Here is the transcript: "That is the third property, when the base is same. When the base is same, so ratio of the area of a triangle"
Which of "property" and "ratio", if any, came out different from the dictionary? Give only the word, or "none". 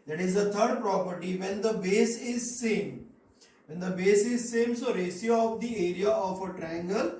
ratio